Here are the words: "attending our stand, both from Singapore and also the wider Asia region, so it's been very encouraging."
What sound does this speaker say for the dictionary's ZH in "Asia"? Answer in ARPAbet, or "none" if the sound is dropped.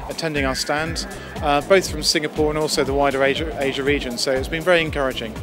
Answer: ZH